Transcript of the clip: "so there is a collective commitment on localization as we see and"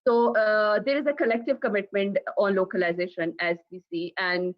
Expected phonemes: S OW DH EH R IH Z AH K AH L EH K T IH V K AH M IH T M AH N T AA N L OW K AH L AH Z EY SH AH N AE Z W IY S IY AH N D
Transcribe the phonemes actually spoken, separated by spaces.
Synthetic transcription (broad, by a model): S OW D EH R IH Z AH K AH L EH K T IH V K AH M IH T M AH N T AA N L OW K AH L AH Z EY SH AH N AE Z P IY S IY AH N D